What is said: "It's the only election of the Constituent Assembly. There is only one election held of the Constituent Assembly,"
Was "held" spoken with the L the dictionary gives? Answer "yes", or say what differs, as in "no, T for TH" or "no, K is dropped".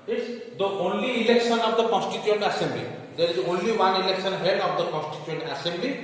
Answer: no, L is dropped